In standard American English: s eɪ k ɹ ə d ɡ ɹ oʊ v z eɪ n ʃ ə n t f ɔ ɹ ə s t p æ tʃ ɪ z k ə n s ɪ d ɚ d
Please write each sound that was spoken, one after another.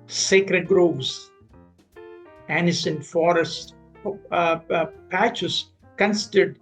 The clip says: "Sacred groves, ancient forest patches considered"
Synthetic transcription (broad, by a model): s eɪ k ɹ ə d ɡ ɹ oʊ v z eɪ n s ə n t f ɔ ɹ ə s t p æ tʃ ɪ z k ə n s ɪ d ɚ d